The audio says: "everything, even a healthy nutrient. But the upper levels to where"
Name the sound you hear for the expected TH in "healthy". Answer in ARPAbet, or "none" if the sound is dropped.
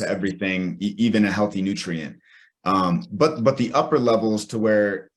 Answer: TH